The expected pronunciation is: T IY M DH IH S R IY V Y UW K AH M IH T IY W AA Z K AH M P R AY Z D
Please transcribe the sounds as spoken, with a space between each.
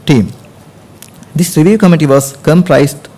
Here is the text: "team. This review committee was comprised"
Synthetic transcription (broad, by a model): T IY M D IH S R IY V Y UW K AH M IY T IY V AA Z K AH M P R AY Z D